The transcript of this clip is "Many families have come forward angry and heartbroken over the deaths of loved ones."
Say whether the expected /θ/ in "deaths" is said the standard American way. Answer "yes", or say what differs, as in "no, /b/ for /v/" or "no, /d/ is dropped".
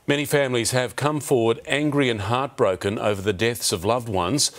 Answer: yes